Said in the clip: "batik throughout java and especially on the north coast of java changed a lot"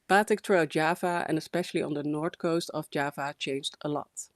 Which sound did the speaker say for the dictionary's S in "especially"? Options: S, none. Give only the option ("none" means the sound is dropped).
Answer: S